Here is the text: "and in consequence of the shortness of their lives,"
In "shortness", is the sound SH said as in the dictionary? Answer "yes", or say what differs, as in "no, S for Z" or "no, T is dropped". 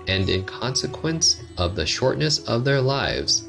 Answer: yes